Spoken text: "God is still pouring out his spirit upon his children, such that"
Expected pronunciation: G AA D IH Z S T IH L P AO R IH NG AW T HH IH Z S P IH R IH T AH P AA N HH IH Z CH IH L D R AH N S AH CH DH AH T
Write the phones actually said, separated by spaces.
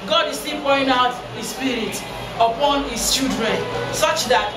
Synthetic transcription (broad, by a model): G AA D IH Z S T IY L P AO IH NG AW T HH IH S P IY R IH T AH P AA N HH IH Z CH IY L D R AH N S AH CH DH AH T